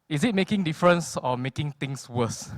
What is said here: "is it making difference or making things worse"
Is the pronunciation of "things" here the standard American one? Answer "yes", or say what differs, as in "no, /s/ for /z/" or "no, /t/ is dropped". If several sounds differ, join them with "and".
no, /t/ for /θ/ and /s/ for /z/